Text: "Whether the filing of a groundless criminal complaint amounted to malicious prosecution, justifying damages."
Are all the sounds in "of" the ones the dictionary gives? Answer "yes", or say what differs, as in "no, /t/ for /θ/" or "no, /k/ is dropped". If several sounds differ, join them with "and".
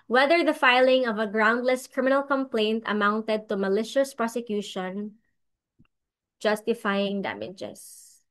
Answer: yes